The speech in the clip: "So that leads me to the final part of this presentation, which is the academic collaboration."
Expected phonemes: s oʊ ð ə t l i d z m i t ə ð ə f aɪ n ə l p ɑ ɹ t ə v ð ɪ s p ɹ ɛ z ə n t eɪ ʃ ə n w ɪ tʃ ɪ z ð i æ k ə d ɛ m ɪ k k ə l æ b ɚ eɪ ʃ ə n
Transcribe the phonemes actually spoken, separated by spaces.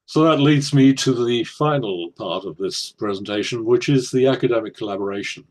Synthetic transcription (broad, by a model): s oʊ ð ə t l i d z m i t ə ð ə f aɪ n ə l p ɑ ɹ t ə v ð ɪ s p ɹ ɛ z ə n t eɪ ʃ ə n w ɪ tʃ ɪ z ð i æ k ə d ɛ m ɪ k k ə l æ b ɚ eɪ ʃ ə n